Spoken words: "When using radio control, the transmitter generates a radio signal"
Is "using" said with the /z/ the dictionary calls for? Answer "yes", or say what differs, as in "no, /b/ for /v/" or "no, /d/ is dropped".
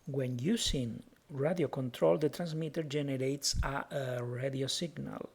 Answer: no, /s/ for /z/